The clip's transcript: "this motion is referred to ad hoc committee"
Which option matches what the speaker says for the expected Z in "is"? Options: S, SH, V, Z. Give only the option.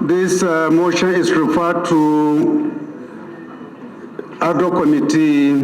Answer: S